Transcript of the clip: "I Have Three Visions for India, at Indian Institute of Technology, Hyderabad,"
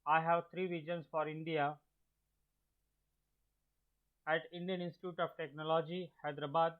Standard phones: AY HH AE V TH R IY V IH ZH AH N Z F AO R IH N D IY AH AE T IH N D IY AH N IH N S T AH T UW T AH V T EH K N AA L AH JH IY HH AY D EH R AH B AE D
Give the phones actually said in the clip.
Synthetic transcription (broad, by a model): AY HH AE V T R IY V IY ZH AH N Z F AO R IH N D IY AH AE T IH N D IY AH N IH N S T AH T UW T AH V T EH K N AA L AH JH IY HH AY D R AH B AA D